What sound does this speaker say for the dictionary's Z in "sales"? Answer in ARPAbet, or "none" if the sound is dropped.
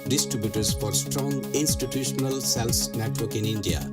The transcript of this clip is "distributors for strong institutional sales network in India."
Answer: S